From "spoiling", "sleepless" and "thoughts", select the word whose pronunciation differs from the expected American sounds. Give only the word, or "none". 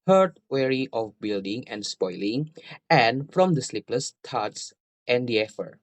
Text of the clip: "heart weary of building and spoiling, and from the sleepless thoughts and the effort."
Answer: thoughts